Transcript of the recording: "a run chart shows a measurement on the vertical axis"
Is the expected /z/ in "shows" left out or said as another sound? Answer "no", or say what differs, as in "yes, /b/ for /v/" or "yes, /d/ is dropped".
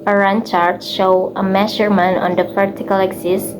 yes, /z/ is dropped